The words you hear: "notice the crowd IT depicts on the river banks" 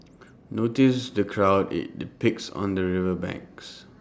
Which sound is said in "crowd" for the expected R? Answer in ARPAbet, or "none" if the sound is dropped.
R